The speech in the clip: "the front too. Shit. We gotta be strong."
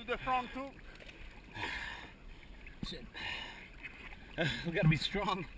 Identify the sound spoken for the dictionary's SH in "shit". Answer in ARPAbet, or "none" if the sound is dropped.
S